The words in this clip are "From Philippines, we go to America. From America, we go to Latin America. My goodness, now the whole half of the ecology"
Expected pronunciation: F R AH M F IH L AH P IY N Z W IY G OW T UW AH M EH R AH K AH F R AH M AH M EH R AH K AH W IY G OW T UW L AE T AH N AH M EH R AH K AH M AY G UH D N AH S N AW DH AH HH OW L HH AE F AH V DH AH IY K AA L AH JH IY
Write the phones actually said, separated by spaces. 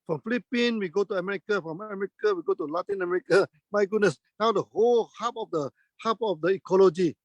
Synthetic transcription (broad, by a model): F R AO M F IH L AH P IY N W IY G OW T UW AH M EH R AH K AH F R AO M AH M EH R AH K AH W IY G OW T UW L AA T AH N AH M EH R AH K AH M AY G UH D N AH S N AW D AH HH OW L HH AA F AH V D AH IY K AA L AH JH IY